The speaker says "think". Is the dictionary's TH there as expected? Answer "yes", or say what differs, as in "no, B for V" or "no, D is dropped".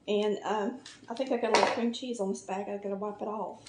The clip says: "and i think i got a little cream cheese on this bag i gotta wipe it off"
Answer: yes